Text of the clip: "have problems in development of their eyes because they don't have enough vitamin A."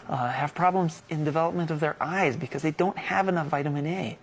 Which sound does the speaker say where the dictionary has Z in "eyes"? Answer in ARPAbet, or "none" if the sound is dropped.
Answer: Z